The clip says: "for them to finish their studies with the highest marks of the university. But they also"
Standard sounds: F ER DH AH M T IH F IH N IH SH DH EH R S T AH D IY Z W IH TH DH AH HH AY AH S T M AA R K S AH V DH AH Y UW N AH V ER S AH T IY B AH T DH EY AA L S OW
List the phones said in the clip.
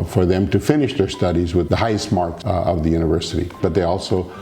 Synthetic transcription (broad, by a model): F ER DH AH M T IH F IH N IH SH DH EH R S T AH D IY Z W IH DH AH HH AY AH S T M AA R K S AH V DH AH Y UW N AH V ER S AH T IY B AH T DH EY AA L S OW